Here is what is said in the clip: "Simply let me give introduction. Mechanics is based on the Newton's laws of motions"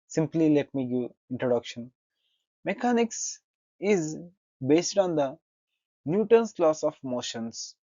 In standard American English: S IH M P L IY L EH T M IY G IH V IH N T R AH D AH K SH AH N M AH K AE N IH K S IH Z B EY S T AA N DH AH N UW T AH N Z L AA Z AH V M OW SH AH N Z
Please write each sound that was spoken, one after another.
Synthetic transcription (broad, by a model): S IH M P L IY L EH T M IY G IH IH N T R AH D AH K SH AH N M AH K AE N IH K S IH Z B EY S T AA N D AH N UW T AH N S L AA S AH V M OW SH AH N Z